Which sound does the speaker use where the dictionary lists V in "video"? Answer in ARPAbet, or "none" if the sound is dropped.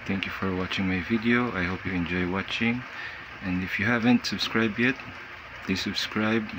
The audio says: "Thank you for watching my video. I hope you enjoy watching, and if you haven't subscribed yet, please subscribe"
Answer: V